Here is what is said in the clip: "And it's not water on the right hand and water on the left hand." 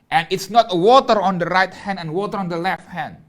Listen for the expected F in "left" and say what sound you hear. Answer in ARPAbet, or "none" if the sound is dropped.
F